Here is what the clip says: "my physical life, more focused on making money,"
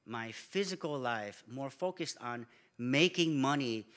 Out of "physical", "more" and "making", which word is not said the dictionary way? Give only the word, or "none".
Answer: none